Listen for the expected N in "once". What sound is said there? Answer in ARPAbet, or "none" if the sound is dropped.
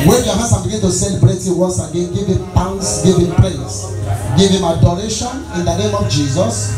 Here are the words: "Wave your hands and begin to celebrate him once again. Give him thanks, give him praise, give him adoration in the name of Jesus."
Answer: none